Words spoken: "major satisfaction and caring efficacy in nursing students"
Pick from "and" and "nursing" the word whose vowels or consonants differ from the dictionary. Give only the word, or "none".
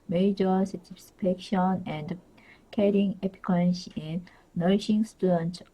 nursing